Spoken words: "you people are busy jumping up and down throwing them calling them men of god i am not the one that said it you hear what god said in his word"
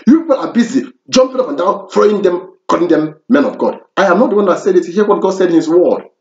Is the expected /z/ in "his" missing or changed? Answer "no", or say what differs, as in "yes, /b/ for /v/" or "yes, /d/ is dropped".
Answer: yes, /s/ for /z/